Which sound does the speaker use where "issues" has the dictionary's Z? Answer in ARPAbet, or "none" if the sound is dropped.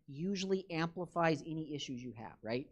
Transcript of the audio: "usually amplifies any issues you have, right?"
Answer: Z